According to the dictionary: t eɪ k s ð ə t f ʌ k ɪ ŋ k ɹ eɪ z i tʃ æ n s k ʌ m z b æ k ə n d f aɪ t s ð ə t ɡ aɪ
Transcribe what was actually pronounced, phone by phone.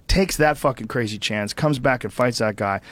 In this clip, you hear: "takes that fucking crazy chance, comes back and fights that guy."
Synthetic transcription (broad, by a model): t eɪ k s ð ə t f ʌ k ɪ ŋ k ɹ eɪ z i tʃ æ n s k ʌ m z b æ k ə n f aɪ t s ð ə t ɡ aɪ